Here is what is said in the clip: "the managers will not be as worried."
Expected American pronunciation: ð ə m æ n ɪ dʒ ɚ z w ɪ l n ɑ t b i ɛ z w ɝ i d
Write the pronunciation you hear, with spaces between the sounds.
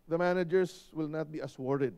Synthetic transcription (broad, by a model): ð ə m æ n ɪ dʒ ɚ s w ɪ l n ɑ t b i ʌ s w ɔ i d